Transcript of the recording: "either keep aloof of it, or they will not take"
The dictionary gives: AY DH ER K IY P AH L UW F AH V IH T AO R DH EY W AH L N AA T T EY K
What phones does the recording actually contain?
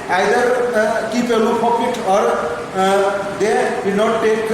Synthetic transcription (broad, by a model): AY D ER K IY P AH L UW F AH P IH T AO R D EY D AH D N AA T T EY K